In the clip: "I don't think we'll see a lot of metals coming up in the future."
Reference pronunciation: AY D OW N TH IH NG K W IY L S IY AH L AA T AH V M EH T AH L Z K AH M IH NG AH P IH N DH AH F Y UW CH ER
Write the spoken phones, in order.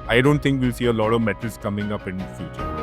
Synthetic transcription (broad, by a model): AY D OW N T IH NG K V IY L S IY AH L AA T AH V M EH T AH L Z K AH M IH NG AH P IH N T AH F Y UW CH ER